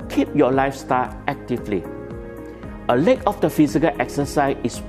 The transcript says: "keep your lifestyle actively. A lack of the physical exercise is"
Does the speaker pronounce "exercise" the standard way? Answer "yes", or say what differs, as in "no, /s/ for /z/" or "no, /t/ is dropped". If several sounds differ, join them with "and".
no, /z/ is dropped